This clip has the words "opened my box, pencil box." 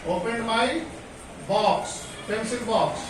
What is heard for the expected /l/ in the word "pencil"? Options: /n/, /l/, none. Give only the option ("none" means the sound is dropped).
/n/